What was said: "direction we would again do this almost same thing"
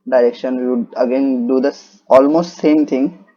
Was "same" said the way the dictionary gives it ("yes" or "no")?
yes